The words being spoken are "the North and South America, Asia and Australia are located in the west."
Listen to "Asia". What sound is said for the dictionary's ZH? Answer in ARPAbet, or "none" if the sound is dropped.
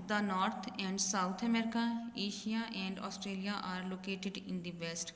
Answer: SH